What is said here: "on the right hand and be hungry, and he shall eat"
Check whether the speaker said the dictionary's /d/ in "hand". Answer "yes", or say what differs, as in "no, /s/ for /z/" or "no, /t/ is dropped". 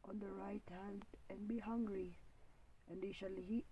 yes